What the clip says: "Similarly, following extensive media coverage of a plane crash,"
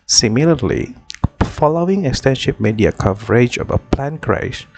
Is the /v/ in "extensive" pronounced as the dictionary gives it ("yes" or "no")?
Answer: no